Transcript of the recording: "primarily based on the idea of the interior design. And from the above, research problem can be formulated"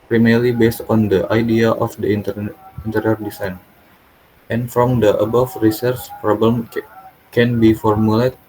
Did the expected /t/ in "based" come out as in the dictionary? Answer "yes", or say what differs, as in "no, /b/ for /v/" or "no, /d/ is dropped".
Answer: yes